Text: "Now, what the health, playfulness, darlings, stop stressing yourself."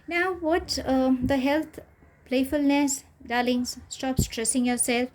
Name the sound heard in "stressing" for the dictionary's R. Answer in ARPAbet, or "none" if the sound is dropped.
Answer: R